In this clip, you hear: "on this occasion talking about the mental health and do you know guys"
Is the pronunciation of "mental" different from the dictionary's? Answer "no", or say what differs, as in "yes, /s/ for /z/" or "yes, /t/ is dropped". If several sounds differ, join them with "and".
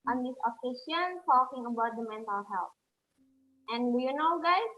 no